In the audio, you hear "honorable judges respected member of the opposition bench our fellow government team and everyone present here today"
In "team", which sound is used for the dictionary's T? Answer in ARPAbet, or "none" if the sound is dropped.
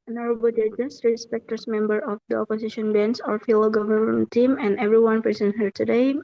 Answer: T